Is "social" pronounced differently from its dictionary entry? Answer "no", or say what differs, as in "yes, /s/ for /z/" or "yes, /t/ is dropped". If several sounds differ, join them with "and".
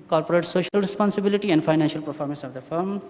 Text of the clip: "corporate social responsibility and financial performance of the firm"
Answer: no